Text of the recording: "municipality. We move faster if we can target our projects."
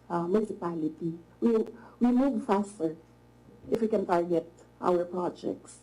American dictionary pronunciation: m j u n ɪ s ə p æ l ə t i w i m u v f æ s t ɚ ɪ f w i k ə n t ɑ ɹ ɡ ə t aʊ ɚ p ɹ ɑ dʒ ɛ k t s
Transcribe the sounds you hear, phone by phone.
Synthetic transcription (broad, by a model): m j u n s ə p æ l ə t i w i m u v f æ s t ɚ ɪ f w i k ə n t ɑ ɹ ɡ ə t aʊ ɚ p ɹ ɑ dʒ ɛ k t s